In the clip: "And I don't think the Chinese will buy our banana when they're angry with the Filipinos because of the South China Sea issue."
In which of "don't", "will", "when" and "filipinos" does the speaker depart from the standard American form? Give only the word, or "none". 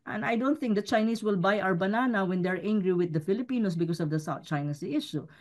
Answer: filipinos